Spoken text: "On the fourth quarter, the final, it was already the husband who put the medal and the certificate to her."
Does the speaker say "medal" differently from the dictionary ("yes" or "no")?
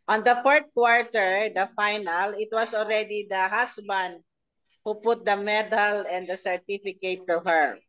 no